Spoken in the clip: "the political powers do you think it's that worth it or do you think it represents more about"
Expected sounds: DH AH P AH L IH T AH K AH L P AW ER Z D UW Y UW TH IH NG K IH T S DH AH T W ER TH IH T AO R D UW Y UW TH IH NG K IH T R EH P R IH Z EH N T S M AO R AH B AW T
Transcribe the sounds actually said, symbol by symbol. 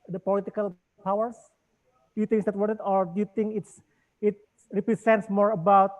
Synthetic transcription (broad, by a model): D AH P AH L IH T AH K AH L P AW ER S D UW Y UW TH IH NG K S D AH T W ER T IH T AO R D UW Y UW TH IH NG K IH T R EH P R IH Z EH N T S M AO R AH B AW T